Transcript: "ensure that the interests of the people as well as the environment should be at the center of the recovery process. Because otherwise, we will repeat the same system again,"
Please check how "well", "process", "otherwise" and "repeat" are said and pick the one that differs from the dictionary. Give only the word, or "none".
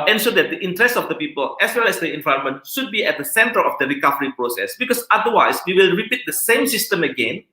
otherwise